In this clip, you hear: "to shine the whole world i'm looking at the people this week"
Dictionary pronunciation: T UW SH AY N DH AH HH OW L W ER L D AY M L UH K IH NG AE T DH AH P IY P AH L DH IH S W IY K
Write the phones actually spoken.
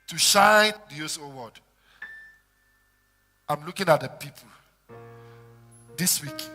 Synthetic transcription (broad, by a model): T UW SH AY N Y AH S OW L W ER D AY M L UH K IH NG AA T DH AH P IY P AH L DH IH S W IY K